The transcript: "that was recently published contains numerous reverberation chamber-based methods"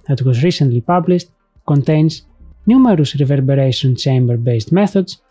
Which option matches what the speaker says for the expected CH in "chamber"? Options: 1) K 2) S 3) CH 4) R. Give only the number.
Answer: 3